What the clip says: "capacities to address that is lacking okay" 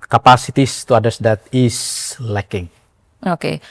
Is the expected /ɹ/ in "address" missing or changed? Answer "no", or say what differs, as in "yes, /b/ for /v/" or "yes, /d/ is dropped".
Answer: yes, /ɹ/ is dropped